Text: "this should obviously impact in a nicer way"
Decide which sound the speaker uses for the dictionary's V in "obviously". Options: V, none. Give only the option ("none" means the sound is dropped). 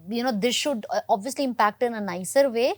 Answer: V